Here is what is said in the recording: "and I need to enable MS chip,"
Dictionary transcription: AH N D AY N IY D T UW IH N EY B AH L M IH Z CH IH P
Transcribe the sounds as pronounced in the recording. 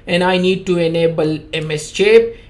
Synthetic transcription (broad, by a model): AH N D AY N IY D T UW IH N EY B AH L M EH S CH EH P